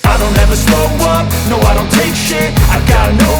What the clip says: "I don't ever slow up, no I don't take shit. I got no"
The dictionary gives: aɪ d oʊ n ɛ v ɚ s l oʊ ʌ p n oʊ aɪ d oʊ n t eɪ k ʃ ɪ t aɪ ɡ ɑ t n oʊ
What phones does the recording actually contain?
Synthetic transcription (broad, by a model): aɪ d oʊ n ɛ v ɚ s oʊ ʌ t n oʊ aɪ d oʊ n t eɪ k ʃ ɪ aɪ ɡ ɑ t n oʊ